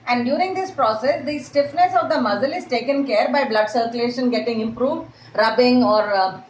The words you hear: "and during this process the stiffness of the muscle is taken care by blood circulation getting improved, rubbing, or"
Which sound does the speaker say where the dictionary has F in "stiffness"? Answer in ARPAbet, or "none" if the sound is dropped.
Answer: F